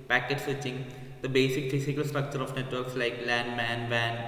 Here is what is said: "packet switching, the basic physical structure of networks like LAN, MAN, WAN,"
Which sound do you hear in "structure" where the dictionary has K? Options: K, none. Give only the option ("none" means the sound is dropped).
K